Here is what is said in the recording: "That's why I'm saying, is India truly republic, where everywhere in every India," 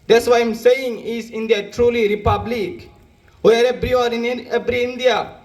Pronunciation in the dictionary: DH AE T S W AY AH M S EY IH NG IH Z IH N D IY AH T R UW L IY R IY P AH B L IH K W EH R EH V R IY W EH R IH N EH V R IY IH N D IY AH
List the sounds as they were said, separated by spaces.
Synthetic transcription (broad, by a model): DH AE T S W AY AH M S EY IH NG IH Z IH N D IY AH T R UW L IY R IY P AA B L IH K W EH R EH B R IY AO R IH N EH B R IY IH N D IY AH